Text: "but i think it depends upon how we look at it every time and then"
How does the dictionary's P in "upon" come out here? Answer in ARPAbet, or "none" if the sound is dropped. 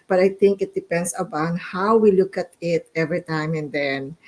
B